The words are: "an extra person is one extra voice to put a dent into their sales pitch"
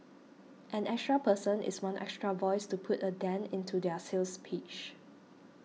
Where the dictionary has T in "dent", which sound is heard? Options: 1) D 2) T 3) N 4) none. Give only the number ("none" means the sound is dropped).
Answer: 4